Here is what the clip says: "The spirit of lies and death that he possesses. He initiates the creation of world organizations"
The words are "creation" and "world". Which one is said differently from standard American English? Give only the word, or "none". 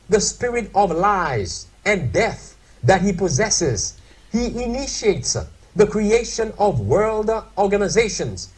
none